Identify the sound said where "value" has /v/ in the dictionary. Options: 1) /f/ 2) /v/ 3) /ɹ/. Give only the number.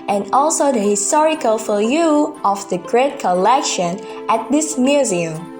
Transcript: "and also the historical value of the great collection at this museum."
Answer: 1